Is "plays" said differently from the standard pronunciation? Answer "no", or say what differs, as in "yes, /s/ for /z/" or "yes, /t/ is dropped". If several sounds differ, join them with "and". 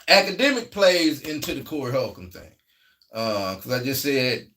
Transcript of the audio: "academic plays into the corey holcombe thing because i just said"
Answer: no